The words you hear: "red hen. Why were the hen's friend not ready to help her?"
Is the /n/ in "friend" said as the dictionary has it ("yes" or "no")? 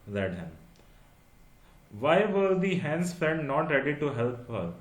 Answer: no